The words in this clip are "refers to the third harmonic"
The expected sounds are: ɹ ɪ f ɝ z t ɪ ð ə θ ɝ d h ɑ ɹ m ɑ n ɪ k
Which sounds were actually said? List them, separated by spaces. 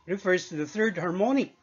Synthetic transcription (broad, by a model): ɹ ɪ f ɝ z t ɪ ð ə θ ɝ d h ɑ ɹ m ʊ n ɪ